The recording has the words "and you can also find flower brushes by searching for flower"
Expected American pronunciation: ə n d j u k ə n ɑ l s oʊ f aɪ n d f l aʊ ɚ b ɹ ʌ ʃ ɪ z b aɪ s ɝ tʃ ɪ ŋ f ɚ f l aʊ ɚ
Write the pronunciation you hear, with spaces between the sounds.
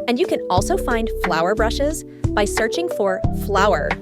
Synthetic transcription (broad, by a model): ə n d j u k ə n ɑ l s oʊ f aɪ n d f l aʊ ɚ b ɹ ʌ ʃ ɪ z b aɪ s ɝ tʃ ɪ ŋ f ɚ f l aʊ ɚ